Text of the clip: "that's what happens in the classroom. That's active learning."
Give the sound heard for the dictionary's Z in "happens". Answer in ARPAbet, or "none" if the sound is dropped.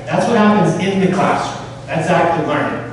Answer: Z